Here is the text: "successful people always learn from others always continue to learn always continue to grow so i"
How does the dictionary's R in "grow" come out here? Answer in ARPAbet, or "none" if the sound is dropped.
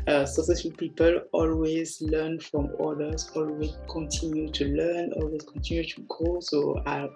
none